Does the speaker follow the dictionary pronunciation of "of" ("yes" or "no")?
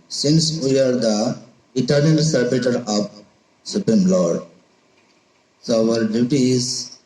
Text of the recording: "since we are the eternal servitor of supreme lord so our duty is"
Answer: no